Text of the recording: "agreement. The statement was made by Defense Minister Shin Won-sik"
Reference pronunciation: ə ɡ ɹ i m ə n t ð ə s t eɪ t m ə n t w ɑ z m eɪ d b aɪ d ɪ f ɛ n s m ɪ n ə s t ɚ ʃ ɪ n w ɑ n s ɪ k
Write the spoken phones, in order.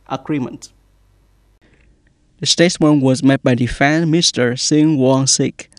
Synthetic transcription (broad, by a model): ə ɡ ɹ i m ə n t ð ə s t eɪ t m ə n w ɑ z m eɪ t b aɪ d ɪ f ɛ n m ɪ s t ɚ s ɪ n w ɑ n s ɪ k